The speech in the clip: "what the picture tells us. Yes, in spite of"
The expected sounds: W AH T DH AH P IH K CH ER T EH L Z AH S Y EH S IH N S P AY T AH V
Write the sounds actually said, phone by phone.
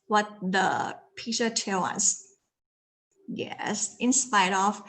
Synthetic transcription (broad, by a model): W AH T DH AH P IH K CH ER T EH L AH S Y EH S IH N S P AY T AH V